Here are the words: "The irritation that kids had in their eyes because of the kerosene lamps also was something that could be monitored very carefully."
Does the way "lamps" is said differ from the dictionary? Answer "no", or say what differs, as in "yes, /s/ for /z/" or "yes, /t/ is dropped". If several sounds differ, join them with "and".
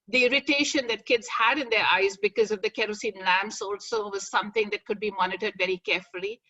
no